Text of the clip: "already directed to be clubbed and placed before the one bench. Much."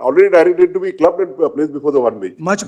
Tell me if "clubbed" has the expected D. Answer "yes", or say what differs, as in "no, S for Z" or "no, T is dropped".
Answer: no, D is dropped